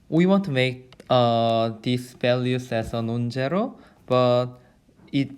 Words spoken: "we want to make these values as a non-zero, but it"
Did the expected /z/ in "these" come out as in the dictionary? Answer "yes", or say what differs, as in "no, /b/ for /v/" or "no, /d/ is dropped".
no, /s/ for /z/